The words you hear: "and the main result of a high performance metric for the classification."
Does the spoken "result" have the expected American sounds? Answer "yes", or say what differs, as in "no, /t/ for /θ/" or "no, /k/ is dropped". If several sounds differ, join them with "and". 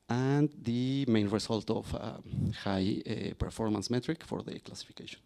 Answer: no, /s/ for /z/